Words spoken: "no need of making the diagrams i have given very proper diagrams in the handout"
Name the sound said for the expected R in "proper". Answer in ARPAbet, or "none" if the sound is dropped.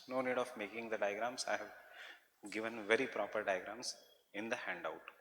R